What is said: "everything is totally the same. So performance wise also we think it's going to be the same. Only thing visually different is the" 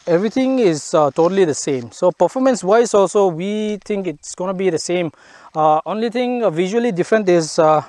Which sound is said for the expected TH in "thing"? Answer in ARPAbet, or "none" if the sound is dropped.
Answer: T